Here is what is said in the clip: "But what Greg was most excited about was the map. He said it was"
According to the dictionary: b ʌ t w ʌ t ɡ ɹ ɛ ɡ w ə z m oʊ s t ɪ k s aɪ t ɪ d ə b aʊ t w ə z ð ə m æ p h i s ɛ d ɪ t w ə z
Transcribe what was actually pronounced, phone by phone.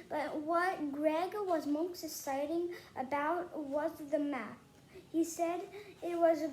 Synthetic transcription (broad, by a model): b ʌ t w ʌ t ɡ ɹ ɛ ɡ w ə z m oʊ s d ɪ s aɪ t ɪ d ə b aʊ t w ə z ð ə m æ p h i s ɛ d ɪ t w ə z